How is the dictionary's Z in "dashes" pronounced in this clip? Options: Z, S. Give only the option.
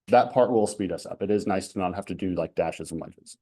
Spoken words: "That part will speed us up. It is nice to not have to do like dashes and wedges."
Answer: Z